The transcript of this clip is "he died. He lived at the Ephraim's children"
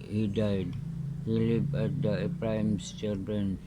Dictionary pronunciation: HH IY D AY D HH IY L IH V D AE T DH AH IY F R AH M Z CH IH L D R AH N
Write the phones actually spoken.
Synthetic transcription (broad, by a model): HH IY D AY D HH IY L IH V AE T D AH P R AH M S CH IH L D R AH N